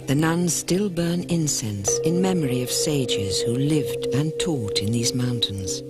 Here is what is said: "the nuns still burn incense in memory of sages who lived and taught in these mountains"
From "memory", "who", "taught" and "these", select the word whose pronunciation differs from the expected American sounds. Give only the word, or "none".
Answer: none